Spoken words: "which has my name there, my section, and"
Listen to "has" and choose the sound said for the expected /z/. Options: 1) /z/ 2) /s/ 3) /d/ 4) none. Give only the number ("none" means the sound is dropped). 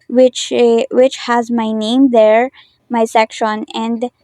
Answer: 1